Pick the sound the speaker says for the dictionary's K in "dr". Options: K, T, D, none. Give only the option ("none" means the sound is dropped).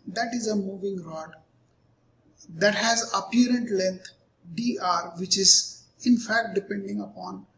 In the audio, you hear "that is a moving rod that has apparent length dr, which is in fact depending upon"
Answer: none